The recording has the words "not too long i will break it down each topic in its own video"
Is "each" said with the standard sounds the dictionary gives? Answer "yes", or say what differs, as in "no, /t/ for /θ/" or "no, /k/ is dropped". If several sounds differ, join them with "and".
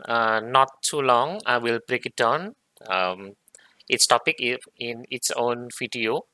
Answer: no, /s/ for /tʃ/